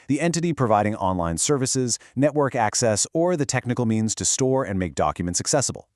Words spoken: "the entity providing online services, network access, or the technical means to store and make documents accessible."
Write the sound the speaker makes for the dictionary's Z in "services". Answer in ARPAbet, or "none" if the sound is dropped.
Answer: Z